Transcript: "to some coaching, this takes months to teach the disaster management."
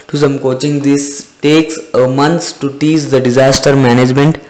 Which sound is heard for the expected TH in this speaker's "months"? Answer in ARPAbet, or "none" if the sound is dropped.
T